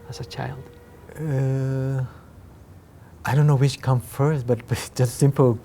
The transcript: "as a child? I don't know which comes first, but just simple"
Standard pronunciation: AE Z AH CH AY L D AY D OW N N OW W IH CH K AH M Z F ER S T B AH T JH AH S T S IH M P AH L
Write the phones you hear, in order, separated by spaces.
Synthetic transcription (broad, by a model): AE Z AH CH AY L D AY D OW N N OW W IH CH K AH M F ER S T B AH T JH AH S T S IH M P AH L